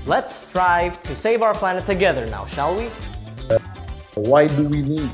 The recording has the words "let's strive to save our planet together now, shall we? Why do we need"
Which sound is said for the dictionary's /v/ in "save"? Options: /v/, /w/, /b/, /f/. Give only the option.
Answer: /v/